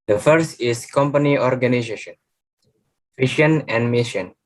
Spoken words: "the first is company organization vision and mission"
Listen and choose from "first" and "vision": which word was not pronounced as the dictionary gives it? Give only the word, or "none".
vision